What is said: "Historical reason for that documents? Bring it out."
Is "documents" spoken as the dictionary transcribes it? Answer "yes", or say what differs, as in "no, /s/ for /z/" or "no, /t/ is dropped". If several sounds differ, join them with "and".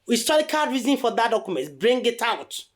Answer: no, /s/ is dropped